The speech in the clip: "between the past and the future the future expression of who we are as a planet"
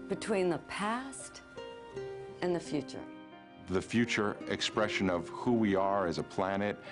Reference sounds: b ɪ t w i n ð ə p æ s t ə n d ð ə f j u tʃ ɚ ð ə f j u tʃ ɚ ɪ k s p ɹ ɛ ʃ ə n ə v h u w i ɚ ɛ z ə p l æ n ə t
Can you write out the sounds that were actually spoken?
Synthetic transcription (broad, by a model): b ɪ t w i n ð ə p æ s t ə n ð ə f j u tʃ ɚ ð ə f j u tʃ ɚ ɪ k s p ɹ ɛ ʃ ə n ə v h u w i ɚ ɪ z ə p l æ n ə t